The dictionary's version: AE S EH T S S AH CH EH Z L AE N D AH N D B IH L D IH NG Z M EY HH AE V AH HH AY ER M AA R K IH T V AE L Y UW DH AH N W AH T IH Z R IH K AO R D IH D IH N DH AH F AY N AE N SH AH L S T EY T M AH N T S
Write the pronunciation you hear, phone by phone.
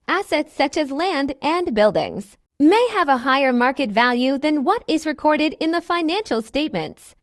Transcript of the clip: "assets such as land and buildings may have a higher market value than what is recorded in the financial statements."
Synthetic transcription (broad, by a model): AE S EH T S S AH CH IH Z L AE N D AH N B IH L D IH NG Z M EY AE V AH HH AY ER M AA R K IH T V AE L Y UW DH AH N W AH T IH Z R IH K AO R D IH D IH N DH AH F AY N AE N SH L S T EY T M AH N T S